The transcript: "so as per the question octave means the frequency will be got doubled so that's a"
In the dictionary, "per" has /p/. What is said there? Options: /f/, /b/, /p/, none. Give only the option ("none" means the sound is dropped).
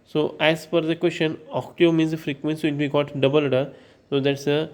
/f/